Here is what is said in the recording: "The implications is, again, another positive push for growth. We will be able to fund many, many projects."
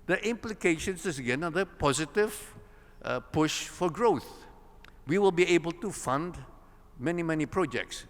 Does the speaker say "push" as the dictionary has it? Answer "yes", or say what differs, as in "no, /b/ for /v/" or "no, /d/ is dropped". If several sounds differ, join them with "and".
yes